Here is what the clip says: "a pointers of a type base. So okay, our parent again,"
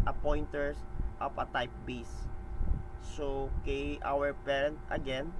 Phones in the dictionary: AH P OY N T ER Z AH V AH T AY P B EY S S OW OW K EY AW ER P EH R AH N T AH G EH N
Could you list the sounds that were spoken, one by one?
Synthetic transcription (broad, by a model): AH P OY N T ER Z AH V AH T AY P B EY S S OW OW K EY AW ER P EH R AH N T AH G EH N